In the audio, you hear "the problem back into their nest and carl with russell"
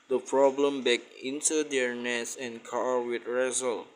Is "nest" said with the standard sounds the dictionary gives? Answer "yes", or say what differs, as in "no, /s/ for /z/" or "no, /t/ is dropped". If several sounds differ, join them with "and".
no, /t/ is dropped